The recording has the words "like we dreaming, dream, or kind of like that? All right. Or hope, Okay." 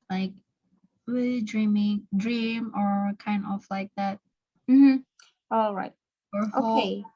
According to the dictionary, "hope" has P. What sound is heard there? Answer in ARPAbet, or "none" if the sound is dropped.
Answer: none